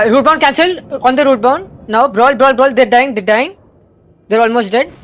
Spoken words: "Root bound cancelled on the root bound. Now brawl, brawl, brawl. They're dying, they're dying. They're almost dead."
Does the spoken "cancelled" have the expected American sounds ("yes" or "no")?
no